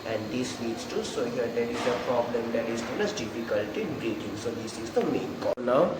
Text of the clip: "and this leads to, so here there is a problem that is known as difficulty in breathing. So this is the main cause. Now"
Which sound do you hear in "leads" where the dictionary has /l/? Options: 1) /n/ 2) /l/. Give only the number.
1